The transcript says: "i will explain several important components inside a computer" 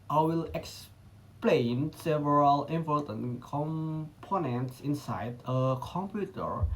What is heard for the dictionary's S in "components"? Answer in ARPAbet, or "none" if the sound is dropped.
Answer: S